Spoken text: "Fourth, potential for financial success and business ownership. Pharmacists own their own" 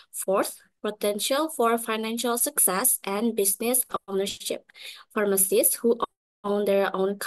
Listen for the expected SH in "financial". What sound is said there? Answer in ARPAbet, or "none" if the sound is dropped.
SH